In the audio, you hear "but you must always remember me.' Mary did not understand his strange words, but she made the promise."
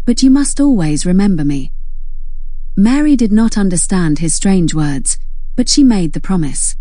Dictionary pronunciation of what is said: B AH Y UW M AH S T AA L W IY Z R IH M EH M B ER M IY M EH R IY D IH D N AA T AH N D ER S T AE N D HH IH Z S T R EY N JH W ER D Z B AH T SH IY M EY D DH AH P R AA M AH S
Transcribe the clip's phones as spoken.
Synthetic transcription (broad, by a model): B AH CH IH M AH S T AA L W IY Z R IH M EH M B ER M IY M EH R IY D IH D N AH T AH N D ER S T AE N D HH IH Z S T R EY N JH W ER D Z B AH T SH IY M EY D DH AH P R AA M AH S